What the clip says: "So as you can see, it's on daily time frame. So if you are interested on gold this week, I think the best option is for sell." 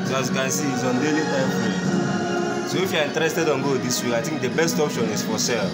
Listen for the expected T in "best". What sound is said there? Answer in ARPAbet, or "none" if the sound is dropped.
T